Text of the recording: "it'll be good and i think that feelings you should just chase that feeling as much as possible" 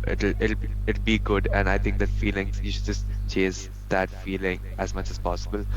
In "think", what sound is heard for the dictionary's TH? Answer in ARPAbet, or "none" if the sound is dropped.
T